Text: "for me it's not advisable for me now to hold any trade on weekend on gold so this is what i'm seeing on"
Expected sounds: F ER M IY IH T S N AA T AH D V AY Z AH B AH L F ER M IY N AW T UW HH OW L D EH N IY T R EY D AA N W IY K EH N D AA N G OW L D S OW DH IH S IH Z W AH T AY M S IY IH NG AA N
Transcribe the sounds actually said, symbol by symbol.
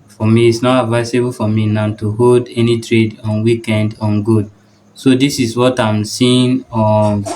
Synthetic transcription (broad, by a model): F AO M IY T S N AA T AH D V AY S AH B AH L F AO M IY N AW T UW HH OW L D EH N IY T R EY D AA N W IY K EH N D AA N G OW D S OW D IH S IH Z W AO T AY M S IY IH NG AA